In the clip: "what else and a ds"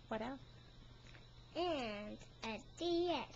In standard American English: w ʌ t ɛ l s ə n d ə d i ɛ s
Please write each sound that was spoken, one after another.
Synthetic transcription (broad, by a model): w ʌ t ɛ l ə n d ə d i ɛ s